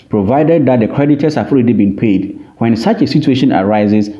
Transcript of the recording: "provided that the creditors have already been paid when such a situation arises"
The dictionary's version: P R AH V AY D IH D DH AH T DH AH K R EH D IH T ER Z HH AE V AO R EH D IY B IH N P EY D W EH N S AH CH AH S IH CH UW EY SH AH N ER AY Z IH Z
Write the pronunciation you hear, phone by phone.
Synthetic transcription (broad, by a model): P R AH V AY D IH D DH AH T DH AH K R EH D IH T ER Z HH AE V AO L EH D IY B IH N P EY D W EH N S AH CH AH S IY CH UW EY SH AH N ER AY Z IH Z